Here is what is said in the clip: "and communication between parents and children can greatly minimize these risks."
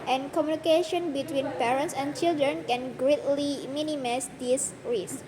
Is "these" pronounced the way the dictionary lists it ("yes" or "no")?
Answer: no